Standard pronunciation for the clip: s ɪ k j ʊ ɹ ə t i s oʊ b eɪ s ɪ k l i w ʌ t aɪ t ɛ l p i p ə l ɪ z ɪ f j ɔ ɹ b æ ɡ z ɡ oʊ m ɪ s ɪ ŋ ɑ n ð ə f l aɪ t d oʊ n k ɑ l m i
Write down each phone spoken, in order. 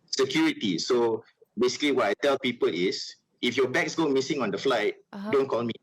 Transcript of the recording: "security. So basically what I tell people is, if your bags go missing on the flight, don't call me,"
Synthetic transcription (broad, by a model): s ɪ k j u ɹ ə t i s oʊ b eɪ s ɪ k l i w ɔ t aɪ t ɛ l p i p ə l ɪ s ɪ f j ɔ b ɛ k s ɡ oʊ m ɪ s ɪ ŋ ɑ n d ə f l aɪ t d oʊ n k ɑ l m i